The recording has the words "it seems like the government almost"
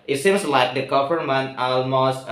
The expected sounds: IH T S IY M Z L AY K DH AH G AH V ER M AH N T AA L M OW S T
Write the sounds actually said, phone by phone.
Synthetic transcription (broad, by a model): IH T S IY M S L AY K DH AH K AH P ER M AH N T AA L M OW S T